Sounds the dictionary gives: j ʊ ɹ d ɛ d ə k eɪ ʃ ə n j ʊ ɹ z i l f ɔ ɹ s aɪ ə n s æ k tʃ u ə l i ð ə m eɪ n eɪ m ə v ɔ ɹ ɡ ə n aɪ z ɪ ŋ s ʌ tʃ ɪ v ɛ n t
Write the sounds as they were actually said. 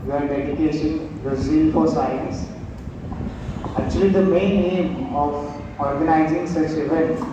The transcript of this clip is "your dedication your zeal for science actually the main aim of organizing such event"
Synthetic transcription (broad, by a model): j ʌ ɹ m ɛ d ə k eɪ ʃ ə n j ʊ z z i n f ɔ ɹ s aɪ ə n s æ k tʃ u ə l i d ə m eɪ n eɪ m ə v ɔ ɹ ɡ ə n aɪ z ɪ ŋ s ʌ s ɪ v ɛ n